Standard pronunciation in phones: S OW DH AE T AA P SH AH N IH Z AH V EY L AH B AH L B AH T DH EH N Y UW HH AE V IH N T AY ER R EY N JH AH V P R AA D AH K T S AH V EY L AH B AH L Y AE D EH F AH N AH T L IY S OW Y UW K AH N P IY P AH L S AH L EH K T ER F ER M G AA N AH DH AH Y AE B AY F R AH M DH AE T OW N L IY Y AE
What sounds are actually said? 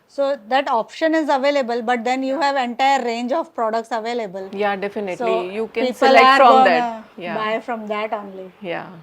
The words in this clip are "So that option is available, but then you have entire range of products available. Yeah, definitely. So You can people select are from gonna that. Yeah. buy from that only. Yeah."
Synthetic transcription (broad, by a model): S OW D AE T AA P SH AH N IH Z AH V EY L AH B AH L B AH T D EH N Y UW HH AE V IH N T AY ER R EY N JH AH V P R AA D AH K T S AH V EY L AH B AH L Y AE D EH F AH N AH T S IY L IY Y UW K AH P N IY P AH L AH AA T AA AH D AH Y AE B AY F R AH M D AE T OW N L IY Y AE